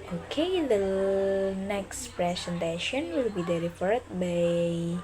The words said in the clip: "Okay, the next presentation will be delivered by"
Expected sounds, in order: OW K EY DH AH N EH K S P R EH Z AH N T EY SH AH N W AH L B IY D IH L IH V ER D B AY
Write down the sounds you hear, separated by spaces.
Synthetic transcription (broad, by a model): OW K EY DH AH N EH K S P R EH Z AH N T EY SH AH N W AH L B IY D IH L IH F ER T B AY